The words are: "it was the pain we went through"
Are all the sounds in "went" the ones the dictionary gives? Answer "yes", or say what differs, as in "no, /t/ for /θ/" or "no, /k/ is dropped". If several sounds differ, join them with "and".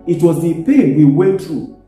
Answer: no, /n/ is dropped